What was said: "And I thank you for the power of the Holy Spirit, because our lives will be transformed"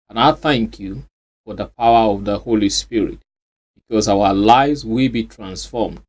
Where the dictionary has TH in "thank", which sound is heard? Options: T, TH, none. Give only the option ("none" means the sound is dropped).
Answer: TH